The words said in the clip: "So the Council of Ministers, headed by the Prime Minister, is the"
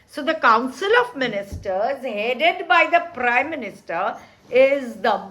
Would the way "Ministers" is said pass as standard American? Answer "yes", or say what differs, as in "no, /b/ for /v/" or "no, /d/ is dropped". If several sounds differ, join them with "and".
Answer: yes